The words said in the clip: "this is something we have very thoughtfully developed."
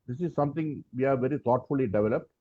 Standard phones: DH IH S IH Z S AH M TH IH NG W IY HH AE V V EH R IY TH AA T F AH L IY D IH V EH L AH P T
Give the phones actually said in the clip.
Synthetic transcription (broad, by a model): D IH S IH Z S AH M T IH NG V IY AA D V EH R IY T AA T F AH L IY D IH V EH L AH P T